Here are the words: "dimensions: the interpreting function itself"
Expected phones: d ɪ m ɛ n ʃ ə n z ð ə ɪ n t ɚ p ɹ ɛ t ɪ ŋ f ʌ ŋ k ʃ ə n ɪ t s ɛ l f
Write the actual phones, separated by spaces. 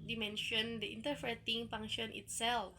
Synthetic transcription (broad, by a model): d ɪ m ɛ n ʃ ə n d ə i n t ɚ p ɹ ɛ t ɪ ŋ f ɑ ŋ ʃ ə n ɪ t s ɛ l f